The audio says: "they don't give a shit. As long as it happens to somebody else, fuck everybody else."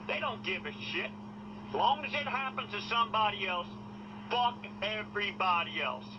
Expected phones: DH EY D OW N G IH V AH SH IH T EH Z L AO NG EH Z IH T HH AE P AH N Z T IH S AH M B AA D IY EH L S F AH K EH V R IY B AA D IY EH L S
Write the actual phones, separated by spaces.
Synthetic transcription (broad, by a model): DH EY D OW N G IH V AH SH IH T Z L AO NG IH Z IH T HH AE P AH N T IH S AH M B AA D IY EH L S F AH K EH V R IY B AA D IY EH L S